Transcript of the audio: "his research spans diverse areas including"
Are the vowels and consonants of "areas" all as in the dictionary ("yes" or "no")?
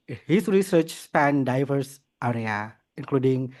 no